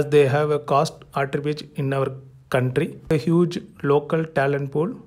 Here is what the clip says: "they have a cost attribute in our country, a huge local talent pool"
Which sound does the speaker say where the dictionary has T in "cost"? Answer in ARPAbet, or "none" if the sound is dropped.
T